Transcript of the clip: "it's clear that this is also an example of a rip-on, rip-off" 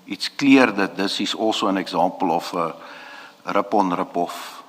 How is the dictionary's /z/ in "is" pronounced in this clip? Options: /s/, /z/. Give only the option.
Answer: /s/